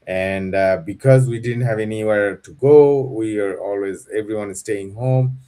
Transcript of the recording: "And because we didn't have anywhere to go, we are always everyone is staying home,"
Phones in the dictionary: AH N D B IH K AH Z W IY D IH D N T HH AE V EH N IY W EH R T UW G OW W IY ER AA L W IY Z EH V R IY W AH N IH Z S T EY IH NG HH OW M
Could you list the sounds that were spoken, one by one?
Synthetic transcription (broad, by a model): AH N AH B IH K AH Z W IY D IH D N T HH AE V EH N IY W EH R T UW G OW W IY ER AA L W IY Z EH V R IY W AH N IH Z S T EY IH NG HH OW M